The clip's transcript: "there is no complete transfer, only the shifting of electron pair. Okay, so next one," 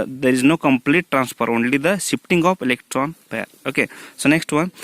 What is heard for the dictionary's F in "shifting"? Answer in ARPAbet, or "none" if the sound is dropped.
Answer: P